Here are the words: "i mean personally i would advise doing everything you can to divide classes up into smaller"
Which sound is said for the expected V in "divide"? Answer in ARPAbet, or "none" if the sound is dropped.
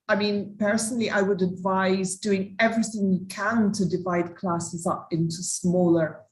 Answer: V